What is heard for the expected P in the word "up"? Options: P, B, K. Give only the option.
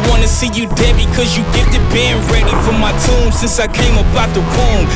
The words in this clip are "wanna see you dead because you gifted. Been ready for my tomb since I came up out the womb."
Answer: B